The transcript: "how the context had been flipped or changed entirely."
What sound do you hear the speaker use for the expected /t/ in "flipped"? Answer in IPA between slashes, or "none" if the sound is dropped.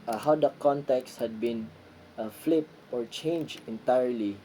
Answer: none